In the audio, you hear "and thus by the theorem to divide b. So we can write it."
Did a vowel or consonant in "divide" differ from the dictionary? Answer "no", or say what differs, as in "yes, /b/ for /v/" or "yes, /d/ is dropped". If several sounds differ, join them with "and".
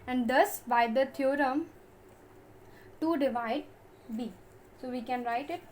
no